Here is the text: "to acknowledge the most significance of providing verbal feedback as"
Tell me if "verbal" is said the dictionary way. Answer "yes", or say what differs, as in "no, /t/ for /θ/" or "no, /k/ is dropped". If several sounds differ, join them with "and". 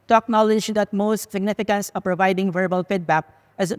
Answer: yes